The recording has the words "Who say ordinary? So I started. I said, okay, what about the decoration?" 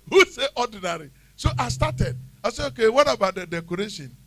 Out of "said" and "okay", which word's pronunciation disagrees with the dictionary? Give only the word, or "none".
said